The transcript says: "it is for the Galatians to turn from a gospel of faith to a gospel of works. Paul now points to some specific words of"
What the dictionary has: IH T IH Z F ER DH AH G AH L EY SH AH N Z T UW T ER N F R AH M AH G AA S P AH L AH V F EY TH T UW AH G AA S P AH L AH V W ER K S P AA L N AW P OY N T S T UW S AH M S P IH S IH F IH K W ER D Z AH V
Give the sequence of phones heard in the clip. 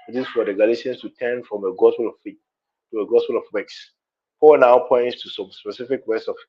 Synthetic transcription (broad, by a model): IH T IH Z F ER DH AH G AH L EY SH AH N S T UW T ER N F R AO M AH G AA S P AH L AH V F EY T UW AH G AA S P AH L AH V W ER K S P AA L N AW P OY N T S T UW S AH M S P IH S IH F IH K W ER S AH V